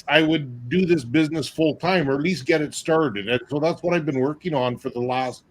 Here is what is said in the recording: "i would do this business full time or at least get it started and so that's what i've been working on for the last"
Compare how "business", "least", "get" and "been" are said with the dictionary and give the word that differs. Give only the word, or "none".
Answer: none